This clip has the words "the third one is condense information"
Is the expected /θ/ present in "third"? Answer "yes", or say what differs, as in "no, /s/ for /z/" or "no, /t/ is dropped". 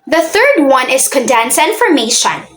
yes